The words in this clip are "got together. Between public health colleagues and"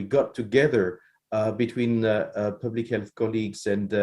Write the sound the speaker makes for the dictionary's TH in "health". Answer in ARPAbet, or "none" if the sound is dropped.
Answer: TH